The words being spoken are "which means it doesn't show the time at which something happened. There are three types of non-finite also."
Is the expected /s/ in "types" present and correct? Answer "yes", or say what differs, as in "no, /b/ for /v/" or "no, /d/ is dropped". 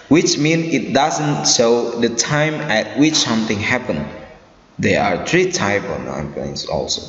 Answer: no, /s/ is dropped